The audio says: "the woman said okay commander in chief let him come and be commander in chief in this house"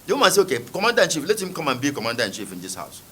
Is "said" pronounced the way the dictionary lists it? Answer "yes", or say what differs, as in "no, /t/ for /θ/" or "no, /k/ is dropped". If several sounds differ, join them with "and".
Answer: no, /d/ is dropped